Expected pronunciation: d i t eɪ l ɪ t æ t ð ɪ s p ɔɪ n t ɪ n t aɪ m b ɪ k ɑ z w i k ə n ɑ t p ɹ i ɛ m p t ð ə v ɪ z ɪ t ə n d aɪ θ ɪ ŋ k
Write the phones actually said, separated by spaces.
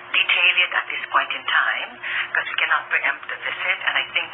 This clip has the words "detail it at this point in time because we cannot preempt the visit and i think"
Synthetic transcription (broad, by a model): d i t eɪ l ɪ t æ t ð ɪ s p ɔɪ n t ɪ n t aɪ m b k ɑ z w i k ə n ɑ t p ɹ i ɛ m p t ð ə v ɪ s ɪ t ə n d aɪ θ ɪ ŋ k